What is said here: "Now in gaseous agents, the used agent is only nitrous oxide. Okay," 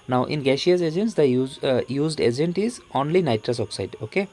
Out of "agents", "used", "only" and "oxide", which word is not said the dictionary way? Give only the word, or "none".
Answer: none